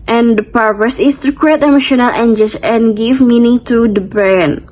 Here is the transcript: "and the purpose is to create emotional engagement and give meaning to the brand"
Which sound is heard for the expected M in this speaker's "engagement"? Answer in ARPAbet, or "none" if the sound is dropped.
none